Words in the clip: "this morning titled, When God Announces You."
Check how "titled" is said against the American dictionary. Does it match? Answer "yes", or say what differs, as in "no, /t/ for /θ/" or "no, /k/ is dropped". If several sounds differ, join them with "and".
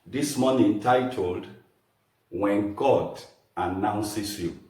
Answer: yes